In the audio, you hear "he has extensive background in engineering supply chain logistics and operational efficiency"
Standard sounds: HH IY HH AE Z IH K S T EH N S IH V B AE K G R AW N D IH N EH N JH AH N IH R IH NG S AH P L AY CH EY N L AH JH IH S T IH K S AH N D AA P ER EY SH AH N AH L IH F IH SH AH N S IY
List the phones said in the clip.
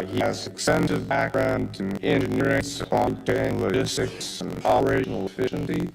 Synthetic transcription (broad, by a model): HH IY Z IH K S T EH N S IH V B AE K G R AW N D IH N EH N JH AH N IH R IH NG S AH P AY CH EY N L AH IH S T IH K S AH N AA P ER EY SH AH N L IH F IH SH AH N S IY